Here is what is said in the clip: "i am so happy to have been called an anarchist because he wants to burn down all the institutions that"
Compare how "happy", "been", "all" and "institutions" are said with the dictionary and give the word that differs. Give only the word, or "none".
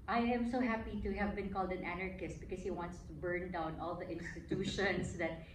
institutions